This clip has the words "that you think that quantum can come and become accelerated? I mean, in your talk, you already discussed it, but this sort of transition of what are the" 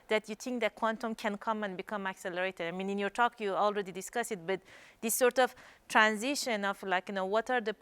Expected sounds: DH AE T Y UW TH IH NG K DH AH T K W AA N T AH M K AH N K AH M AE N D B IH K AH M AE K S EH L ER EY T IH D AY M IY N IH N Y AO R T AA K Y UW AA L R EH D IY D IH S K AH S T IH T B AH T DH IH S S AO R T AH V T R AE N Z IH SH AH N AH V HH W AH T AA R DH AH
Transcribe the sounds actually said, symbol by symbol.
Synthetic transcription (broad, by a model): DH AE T Y UW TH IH NG K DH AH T K W AA N T AH M K AH N K AH M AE N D B IH K AH M AE K S EH L ER EY T IH D AY M IY N IH N Y AO R T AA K Y UW AA L R EH D IY D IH S K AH S IH T B AH T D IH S S AO R T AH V T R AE N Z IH SH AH N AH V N W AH T AA R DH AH